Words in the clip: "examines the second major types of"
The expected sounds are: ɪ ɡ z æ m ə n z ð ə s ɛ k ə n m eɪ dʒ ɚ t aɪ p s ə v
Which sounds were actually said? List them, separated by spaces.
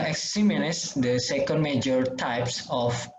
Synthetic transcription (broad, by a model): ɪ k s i m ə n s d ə s ɛ k ə n m eɪ dʒ ɚ t aɪ p s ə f